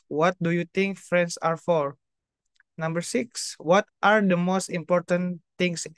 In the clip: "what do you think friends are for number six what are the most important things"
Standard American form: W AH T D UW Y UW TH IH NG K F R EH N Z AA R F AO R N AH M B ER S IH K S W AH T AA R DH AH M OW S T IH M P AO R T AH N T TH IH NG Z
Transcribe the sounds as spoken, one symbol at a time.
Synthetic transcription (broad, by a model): W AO T D UW Y UW T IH NG K F R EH N S AA R F AO R N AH M B ER S IH K S W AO T AA R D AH M OW S T IH M P AO R T AH N T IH NG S